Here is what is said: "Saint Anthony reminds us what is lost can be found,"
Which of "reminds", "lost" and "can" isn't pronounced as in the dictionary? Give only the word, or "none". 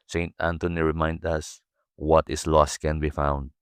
reminds